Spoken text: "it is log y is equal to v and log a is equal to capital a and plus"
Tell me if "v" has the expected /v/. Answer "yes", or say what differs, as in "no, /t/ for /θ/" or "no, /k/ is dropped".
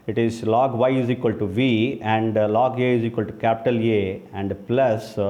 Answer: yes